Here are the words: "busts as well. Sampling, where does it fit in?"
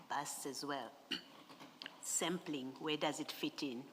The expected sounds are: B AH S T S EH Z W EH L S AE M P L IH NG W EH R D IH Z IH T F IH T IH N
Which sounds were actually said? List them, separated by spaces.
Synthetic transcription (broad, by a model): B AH S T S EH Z W EH L S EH M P L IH NG W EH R D IH Z IH T F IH T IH N